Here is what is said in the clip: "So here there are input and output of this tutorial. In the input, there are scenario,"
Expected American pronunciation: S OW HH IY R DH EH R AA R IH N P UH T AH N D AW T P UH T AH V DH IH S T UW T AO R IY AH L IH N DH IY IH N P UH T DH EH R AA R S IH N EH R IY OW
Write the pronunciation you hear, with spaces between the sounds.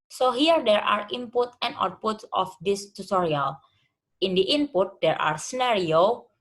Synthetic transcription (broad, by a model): S OW HH IY R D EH R AA R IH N P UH T AH N D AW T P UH T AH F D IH S T UW T AO R IY AH L IH N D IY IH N P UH T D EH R AA R S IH N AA R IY OW